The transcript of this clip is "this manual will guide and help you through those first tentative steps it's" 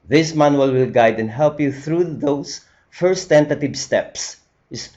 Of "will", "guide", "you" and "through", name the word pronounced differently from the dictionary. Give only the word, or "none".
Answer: none